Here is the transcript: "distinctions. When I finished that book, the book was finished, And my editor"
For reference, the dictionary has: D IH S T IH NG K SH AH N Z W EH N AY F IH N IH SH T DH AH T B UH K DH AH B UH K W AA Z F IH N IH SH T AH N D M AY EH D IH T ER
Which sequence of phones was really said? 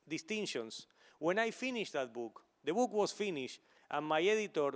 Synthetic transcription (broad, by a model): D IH S T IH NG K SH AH N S W EH N AY F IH N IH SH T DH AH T B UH K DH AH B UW K W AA S F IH N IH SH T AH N M AY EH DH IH T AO